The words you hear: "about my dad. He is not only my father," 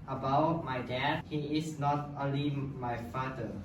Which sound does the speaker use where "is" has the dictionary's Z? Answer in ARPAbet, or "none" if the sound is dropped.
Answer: S